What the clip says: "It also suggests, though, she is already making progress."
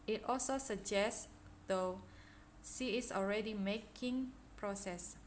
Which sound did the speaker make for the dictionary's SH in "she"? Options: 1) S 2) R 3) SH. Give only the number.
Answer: 1